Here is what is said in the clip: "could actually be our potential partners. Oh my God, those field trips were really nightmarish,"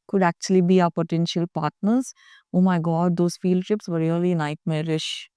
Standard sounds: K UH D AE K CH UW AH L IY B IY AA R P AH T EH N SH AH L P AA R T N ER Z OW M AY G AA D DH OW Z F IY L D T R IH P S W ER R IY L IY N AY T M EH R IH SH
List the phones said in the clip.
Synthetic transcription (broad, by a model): K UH D AE K CH UW AH L IY B IY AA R P AH T EH N SH AH L P AA R T N ER Z OW M AY G AA D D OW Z F IY L D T IH P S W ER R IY L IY N AY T M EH R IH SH